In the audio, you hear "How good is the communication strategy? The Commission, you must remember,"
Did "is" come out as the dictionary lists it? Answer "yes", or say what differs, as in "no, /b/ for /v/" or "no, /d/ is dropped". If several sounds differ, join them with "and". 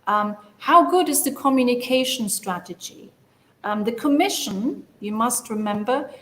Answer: yes